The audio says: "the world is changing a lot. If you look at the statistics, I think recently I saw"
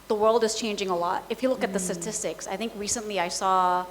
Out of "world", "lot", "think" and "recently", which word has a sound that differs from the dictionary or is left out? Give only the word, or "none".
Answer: none